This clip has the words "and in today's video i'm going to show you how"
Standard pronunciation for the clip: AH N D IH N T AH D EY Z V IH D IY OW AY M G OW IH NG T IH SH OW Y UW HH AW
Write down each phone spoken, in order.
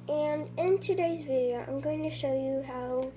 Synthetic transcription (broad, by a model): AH N IH N T AH D EY Z V IH D IY OW AY M G OW IH NG T IH SH OW Y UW HH AW